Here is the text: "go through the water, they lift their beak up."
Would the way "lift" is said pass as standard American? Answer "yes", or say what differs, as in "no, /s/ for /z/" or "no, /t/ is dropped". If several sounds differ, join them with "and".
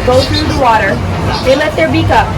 no, /f/ is dropped